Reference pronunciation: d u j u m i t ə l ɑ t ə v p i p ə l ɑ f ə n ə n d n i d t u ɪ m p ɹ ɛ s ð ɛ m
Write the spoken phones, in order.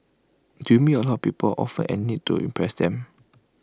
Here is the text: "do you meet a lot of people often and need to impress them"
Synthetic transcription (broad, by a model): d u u m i ə l ɑ t p i p ə l ɑ f ə n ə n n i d t u ɪ m p ɹ ɛ s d ɛ m